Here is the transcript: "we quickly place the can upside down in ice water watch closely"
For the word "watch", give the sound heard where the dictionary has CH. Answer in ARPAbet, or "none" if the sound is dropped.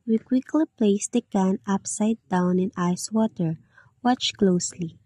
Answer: CH